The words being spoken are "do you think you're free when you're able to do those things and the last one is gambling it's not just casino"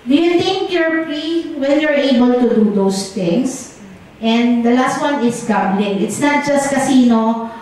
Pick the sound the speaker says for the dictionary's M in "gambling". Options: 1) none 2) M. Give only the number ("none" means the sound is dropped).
1